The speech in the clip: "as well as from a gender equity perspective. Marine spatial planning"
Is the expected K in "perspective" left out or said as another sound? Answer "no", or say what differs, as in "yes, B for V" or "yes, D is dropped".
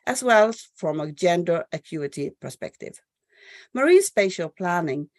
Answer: no